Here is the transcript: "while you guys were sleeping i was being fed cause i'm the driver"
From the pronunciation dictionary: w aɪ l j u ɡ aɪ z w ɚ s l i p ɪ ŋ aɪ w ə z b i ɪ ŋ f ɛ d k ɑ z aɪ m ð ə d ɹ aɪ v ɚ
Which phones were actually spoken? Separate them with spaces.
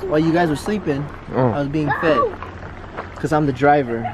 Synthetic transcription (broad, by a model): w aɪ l j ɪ ɡ aɪ z w ɚ s l i p ɪ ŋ aɪ w ə z b i ɪ ŋ f ɛ d k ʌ z aɪ m ð ə d ɹ aɪ v ɚ